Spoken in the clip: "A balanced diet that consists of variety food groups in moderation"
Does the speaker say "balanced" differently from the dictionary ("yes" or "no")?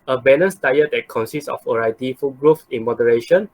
yes